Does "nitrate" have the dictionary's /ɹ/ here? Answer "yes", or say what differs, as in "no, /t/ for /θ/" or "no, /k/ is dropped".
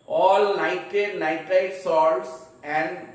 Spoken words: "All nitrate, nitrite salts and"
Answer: no, /ɹ/ is dropped